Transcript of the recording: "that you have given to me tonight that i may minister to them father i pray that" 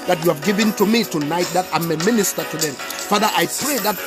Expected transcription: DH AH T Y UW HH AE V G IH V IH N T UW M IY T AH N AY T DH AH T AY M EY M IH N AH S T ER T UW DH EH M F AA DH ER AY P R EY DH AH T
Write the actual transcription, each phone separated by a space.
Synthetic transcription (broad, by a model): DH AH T Y UW HH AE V G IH V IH N T UW M IY T AH N AY T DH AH T AY M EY M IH N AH S T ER T UW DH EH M F AA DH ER AY P R EY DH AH T